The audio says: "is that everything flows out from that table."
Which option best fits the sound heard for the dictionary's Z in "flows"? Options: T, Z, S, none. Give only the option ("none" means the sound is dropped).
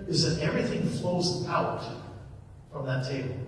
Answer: Z